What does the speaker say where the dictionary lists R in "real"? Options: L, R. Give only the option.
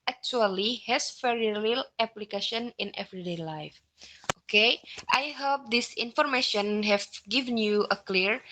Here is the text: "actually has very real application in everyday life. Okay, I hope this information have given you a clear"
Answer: L